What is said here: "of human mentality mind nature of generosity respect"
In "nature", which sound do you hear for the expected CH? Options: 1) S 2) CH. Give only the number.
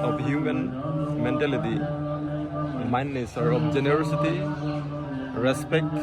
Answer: 1